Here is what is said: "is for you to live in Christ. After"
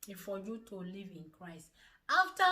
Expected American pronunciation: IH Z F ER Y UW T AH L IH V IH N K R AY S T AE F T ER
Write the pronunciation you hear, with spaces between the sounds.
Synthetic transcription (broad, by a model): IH F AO Y UW T AH L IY V IH N K R AY S T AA F T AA